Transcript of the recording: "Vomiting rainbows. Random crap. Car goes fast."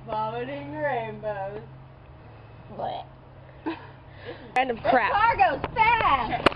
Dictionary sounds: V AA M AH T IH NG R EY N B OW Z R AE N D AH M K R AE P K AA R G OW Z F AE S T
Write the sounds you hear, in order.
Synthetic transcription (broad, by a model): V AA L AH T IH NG R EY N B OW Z L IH N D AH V K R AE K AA R G OW Z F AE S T